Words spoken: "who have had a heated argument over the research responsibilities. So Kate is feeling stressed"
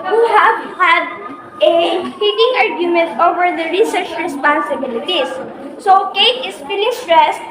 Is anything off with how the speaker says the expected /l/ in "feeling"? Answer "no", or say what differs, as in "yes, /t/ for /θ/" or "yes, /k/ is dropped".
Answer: yes, /n/ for /l/